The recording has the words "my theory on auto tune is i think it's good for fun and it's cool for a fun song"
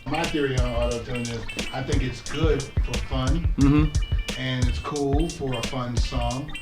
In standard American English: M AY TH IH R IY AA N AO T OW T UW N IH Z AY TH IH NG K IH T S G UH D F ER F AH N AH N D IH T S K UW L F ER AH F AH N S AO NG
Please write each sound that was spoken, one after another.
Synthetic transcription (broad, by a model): M AY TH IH R IY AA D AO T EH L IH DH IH S AY TH IH NG K IH T S G UH D F ER F AH N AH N IH T S K UW L F ER AH F AH N S AO NG